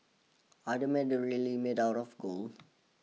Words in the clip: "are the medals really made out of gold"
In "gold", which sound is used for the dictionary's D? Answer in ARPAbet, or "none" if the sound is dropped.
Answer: none